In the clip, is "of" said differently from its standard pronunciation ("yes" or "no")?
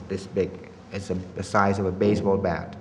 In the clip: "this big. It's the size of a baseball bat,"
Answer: no